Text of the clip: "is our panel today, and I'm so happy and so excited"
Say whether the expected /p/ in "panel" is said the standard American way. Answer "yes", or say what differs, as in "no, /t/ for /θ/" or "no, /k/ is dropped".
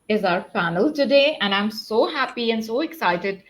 no, /f/ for /p/